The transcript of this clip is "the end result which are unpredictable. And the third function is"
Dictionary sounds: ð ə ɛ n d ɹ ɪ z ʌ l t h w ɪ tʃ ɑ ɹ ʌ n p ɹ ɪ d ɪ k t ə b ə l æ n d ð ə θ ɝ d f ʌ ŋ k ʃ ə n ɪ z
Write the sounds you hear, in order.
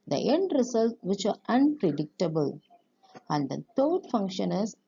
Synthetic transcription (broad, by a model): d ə ɛ n d ɹ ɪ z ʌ l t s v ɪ tʃ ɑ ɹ ʌ n p ɹ ɪ d ɪ k t ə b ə l æ n d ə t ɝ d f ʌ ŋ k ʃ ə n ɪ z